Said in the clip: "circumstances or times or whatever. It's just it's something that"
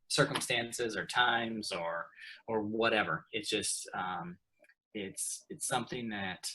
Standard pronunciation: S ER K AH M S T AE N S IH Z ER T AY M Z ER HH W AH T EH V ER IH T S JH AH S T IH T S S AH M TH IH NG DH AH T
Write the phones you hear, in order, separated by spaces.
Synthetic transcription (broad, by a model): S ER K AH M S T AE N S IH Z ER T AY M Z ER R W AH T EH V ER IH T S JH AH S T IH T S S AH M TH IH NG DH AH T